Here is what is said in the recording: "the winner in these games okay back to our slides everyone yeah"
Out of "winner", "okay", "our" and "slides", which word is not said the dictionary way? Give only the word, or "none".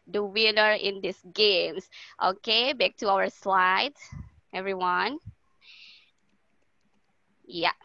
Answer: slides